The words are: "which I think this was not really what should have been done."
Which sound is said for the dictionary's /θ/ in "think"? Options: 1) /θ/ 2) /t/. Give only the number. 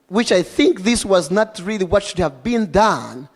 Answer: 1